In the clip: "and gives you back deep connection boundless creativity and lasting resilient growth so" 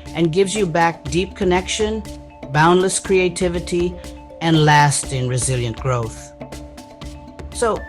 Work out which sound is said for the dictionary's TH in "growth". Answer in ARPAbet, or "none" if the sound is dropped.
TH